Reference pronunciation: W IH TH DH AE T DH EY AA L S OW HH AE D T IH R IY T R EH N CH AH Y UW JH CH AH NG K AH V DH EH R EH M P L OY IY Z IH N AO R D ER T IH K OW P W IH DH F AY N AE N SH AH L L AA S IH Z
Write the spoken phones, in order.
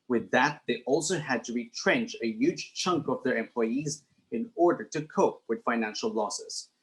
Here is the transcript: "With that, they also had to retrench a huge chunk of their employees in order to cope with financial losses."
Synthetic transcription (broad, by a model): W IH DH AE T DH EY AA L S OW HH AE D T IH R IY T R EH N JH AH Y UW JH CH AH NG K AH V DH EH R EH M P L OY IY Z IH N AO R D ER T IH K OW P W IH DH F AY N AE N SH AH L L AA S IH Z